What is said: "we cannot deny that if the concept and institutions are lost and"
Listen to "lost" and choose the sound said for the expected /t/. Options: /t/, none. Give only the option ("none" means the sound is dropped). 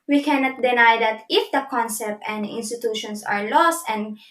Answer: /t/